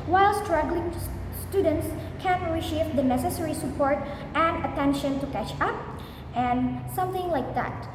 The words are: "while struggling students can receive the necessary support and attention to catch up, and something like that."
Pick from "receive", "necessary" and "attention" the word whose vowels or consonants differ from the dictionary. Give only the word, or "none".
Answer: receive